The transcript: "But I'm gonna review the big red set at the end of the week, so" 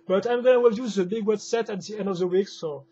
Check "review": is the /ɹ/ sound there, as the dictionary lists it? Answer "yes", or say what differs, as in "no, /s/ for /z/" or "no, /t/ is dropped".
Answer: no, /w/ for /ɹ/